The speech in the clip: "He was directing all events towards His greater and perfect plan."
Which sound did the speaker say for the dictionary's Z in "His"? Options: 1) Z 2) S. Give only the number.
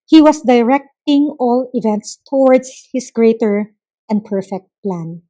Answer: 2